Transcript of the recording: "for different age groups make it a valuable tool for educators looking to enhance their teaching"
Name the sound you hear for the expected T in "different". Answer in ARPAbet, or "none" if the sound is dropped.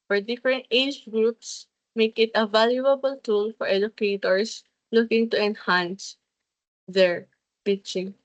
T